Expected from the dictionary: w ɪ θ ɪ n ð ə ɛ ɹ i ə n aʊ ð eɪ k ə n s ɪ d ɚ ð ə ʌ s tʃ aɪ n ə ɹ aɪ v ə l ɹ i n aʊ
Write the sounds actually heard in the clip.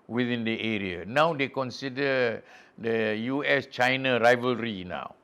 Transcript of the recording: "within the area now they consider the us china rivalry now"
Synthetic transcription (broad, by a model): w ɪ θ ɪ n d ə ɛ ɹ i ə n aʊ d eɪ k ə n s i d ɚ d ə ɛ s tʃ aɪ n ə ɹ aɪ v ə l ɹ i n aʊ